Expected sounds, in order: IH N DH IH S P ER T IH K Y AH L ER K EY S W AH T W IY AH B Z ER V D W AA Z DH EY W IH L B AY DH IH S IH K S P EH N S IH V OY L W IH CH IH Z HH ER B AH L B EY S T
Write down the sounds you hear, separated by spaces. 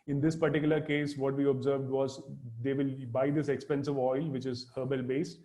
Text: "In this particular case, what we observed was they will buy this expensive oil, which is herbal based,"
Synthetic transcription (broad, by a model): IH N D IH S P ER T IH K Y AH L ER K EY S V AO T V IY AH B Z ER V D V AA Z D EY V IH L B AY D IH S IH K S P EH N S IH V OY L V IH CH IH Z HH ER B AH L B EY S T